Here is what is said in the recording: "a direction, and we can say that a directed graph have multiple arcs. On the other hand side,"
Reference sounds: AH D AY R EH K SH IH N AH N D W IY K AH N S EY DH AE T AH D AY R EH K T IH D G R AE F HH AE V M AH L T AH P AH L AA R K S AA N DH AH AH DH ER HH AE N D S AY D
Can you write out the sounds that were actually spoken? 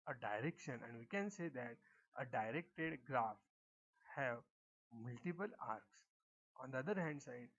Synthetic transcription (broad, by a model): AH D AY R EH K SH IH N AH N D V IY K AH N S EY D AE T AH D AY R EH K T IH D G R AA F HH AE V M AH L T AH P AH L AA R K S AA N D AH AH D ER HH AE N D S AY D